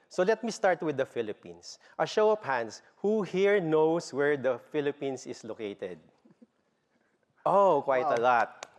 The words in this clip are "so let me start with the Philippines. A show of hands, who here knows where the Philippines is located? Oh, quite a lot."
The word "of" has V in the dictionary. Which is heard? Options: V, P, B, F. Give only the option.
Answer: P